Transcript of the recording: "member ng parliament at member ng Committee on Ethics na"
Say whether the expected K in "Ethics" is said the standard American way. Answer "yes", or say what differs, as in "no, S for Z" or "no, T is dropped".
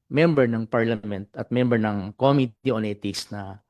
no, K is dropped